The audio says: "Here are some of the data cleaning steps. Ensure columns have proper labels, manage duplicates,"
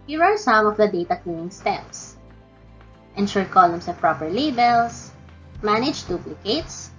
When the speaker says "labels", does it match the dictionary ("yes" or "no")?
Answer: no